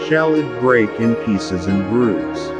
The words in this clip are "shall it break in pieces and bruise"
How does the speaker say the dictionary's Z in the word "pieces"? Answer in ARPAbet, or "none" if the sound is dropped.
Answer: Z